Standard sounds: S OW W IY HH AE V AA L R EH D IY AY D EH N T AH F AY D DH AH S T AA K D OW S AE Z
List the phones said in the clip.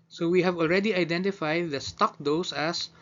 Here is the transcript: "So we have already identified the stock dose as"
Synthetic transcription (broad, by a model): S OW W IY HH AE V AA L R EH D IY AY D EH N T AH F AY D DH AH S T AA K D OW S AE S